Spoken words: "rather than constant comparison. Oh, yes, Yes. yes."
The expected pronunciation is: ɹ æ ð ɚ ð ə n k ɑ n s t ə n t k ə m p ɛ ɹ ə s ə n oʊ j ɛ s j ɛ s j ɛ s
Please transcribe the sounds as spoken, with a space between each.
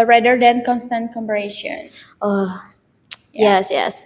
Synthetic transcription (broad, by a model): ɹ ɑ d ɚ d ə n k ɑ n s t ə n t k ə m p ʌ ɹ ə ʃ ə n oʊ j j ɛ s j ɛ s